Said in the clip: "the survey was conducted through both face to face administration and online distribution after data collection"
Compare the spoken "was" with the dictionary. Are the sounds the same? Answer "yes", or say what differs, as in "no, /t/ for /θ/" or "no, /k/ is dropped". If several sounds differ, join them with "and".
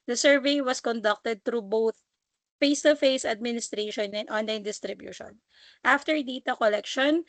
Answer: no, /s/ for /z/